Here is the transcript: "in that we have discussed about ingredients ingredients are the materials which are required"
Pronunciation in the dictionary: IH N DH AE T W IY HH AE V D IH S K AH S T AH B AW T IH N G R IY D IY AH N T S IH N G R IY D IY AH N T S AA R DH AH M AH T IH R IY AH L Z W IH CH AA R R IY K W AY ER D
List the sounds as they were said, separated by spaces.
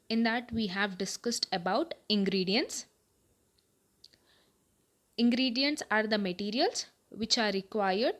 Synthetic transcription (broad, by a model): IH N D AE T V IY HH AE V D IH S K AH S T AH B AW T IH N G R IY D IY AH N T S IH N G R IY D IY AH N T S AA R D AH M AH T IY R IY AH L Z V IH CH AA R R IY K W AY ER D